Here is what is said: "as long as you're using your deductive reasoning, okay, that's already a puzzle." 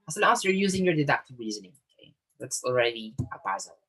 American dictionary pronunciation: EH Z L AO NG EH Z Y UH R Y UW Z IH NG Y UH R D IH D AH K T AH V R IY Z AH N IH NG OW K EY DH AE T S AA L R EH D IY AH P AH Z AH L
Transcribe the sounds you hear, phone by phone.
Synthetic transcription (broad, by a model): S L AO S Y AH R Y UW Z IH NG Y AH R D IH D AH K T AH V R IY Z AH N IH NG OW K EY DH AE T S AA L R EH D IY AH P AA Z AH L